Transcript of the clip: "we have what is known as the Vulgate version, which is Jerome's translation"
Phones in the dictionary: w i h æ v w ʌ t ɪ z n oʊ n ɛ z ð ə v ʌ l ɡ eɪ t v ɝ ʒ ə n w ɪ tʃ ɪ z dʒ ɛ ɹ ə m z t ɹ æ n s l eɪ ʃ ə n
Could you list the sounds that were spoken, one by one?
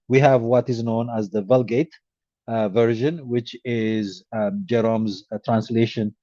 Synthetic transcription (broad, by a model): w i h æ v w ʌ t ɪ z n oʊ n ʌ z ð ə v ʌ l ɡ eɪ t v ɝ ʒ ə n w ɪ tʃ ɪ z dʒ ɛ ɹ ə m z t ɹ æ n s l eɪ ʃ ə n